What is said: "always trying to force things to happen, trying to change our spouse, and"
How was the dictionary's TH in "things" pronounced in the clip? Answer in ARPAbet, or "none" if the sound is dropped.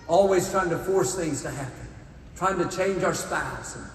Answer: TH